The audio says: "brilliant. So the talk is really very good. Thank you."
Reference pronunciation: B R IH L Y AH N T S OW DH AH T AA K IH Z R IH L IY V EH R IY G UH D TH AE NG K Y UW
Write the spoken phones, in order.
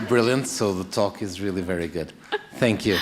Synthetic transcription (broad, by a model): B R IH L Y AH N T S OW DH AH T AA K IH Z R IH L IY V EH R IY G UH D TH AE NG K Y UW